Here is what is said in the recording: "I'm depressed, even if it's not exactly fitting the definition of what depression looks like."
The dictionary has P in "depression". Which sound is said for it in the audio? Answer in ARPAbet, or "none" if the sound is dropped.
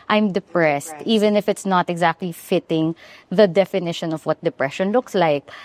P